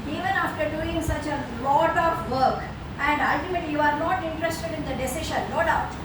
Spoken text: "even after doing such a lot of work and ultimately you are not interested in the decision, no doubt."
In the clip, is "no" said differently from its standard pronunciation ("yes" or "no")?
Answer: yes